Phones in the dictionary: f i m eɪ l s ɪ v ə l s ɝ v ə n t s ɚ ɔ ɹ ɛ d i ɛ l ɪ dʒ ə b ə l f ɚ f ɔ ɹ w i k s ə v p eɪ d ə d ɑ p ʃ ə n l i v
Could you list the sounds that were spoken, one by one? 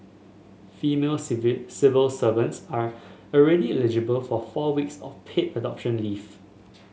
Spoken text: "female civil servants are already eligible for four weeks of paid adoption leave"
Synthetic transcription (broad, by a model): f i m eɪ l s ɪ v ə l s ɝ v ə n t s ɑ ɔ ɹ ɛ d i ɛ l ɪ dʒ ə b ə l f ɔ f ɔ w i k s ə f p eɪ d ə d ɑ p ʃ ə n l i f